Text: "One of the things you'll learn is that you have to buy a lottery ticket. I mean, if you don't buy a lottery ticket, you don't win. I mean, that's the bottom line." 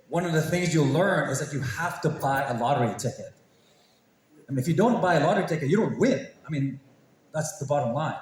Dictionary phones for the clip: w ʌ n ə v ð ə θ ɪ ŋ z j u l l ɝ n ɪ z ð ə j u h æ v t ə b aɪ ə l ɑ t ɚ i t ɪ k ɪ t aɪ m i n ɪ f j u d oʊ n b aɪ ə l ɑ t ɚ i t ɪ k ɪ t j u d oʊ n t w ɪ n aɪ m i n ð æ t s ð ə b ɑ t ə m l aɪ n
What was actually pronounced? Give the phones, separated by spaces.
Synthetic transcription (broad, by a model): w ʌ n ə v ð ə θ ɪ ŋ z j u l l ɝ n ɪ z ð ə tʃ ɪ h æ f t ə b aɪ ə l ɑ t ɚ i t ɪ k ɪ t aɪ m i n ɪ f j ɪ d oʊ n b aɪ ə l ɑ t ɚ i t ɪ k ɪ t j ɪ d oʊ n t w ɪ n aɪ m i n ð æ t s ð ə b ɑ t ə m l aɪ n